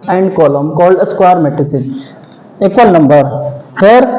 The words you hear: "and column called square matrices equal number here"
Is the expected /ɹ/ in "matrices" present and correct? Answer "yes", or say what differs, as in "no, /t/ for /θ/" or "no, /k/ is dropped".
no, /ɹ/ is dropped